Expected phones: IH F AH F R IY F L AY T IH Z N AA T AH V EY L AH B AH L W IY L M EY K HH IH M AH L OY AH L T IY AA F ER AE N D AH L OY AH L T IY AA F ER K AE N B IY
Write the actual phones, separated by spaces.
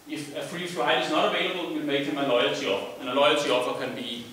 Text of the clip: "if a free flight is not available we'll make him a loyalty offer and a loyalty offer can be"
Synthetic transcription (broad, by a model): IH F AH F R IY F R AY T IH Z N AA T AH V EY L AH B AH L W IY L M EY K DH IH M AH L OY AH L T IY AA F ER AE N AH L OY AH L T IY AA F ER K AE N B IY